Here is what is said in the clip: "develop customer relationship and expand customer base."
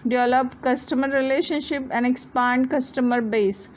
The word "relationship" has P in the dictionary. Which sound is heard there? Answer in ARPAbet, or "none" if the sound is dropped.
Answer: P